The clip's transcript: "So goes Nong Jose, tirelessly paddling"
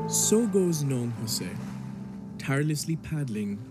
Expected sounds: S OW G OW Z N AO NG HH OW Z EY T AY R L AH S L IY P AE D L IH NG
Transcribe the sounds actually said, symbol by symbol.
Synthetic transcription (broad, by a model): S OW G OW Z N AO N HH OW S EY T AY R L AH S L IY P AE D L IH NG